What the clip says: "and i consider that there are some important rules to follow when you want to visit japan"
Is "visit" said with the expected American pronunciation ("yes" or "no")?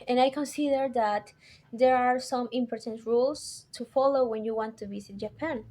no